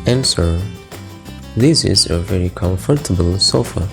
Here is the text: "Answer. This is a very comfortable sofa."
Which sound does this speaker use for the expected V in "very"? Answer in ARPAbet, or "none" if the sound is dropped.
V